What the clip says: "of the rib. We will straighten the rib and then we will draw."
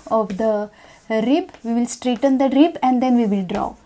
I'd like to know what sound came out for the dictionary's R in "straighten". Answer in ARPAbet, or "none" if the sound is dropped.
R